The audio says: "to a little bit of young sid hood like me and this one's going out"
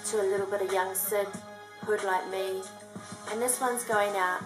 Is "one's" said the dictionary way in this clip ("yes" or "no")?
yes